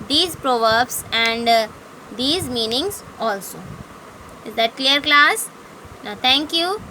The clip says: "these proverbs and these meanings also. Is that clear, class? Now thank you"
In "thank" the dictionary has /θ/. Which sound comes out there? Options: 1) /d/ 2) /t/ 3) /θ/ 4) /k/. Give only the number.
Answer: 2